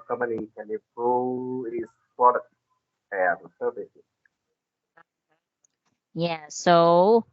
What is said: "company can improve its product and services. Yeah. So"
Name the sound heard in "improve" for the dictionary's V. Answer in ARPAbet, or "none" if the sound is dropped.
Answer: none